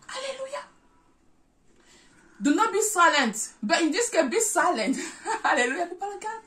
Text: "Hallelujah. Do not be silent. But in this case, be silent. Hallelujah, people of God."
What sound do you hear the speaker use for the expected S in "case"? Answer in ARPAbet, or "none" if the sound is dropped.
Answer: none